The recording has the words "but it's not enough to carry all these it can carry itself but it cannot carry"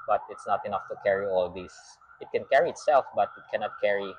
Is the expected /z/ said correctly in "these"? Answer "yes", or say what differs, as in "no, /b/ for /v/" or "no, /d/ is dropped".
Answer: no, /s/ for /z/